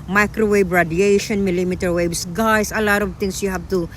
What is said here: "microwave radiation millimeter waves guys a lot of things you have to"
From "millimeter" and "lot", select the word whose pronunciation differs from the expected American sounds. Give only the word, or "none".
none